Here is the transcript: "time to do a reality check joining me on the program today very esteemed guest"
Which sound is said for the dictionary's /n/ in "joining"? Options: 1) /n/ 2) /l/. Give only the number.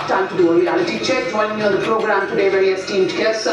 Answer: 2